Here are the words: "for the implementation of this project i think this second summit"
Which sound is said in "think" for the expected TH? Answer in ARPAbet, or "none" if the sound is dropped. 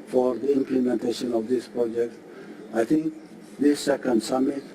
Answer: T